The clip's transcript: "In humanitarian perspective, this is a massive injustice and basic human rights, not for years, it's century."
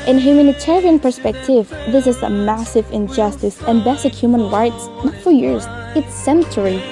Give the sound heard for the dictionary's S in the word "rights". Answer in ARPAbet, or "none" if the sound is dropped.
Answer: S